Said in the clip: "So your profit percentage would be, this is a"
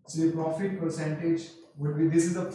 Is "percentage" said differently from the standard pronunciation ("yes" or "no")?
no